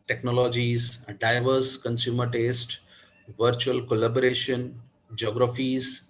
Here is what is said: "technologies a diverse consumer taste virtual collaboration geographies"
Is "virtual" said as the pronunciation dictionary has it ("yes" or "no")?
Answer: yes